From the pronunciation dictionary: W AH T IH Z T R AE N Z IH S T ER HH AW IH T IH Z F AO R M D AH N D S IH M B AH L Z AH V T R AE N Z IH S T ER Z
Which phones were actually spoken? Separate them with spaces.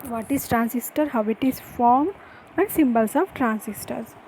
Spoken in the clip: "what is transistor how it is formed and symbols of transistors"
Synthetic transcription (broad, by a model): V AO T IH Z T R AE N S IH S T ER HH AW IH T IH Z F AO R M AH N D S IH M B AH L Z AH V T R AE N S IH S T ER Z